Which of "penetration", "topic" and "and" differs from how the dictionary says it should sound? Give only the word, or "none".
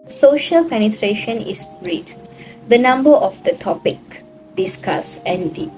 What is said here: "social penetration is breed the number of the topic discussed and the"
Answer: none